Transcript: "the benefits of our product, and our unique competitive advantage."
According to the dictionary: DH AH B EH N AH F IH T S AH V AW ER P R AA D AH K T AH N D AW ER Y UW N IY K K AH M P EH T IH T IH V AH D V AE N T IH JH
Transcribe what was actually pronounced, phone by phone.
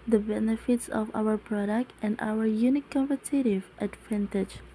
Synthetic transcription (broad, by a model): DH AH B EH N AH F IH T S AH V AW ER P R AA D AH K T AH N D AW ER Y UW N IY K K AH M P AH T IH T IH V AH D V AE N T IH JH